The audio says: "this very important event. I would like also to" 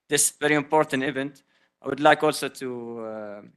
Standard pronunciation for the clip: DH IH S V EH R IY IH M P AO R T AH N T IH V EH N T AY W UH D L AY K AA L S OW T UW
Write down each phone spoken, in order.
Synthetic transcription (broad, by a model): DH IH S V EH R IY IH M P AO R T AH N T IH V EH N T AY W UH D L AY K AA L S OW T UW